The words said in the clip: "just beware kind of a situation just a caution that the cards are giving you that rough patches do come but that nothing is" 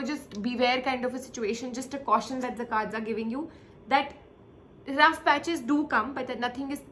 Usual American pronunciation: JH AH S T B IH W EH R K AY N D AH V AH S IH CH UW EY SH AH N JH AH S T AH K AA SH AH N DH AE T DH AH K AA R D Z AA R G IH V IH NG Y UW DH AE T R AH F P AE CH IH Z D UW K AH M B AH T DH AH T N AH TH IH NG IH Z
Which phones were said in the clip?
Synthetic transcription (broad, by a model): JH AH S T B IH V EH R K AY N D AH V AH S IH CH UW EY SH AH N JH AH S T AH K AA SH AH N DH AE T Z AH K AA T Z AA R G IH V IH NG Y UW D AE T R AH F P AE CH IH Z D UW K AH M B AH T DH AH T N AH T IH NG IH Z